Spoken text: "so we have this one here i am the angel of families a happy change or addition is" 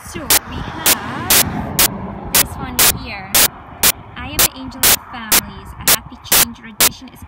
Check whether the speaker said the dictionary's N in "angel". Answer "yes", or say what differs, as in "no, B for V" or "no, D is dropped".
yes